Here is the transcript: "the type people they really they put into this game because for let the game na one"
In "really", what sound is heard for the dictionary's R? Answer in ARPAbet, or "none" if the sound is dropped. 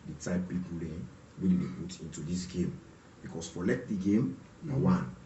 W